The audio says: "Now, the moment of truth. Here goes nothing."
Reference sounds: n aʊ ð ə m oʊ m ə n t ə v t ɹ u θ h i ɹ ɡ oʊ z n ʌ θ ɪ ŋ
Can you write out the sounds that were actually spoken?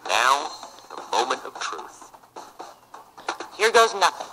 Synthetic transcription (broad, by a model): n aʊ ð ə m oʊ m ə n t ə v t ɹ u θ h i ɹ ɡ oʊ z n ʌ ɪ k